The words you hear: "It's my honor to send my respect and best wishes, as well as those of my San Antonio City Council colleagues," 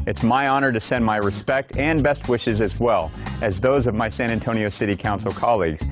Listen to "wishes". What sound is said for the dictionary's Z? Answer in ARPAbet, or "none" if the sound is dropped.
Z